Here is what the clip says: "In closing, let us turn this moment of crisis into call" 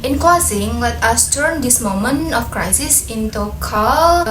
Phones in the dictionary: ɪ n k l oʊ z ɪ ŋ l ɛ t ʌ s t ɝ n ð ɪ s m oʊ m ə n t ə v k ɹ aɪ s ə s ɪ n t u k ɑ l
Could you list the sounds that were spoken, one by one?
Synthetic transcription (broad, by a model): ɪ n k oʊ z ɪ ŋ w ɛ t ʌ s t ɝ n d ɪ s m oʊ m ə n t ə f k ɹ aɪ s ə s ɪ n t u k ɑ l